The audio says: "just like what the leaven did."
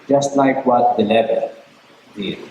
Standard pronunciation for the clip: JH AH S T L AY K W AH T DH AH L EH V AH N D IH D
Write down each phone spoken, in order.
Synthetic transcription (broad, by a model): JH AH S T L AY K W AH T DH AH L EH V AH L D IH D